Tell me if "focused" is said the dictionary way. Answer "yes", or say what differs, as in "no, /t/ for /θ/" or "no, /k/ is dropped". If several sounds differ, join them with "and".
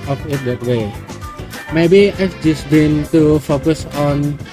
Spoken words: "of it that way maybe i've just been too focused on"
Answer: no, /t/ is dropped